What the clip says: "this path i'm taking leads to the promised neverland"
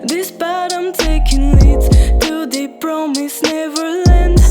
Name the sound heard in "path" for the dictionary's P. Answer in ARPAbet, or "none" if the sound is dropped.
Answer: B